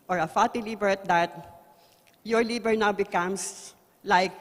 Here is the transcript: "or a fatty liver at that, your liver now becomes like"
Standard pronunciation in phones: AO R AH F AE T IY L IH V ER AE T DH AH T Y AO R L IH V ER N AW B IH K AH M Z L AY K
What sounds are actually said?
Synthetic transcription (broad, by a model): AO R AH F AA T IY L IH B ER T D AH T Y AO R L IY B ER N AW B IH K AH M S L AY K